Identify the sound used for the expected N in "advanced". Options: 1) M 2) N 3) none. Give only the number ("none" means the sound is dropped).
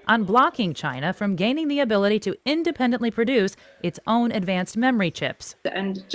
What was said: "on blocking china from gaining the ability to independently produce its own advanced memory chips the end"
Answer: 2